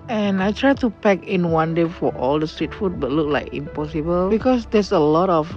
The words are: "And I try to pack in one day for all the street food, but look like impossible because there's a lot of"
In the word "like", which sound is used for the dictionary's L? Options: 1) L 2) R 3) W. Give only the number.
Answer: 1